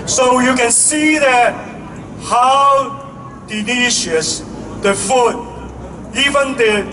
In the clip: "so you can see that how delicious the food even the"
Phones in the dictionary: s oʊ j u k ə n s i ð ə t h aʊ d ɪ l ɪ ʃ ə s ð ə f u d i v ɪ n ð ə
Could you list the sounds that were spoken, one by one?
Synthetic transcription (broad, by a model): s oʊ j u k ə n s i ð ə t h aʊ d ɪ n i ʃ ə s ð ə f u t i v ɪ n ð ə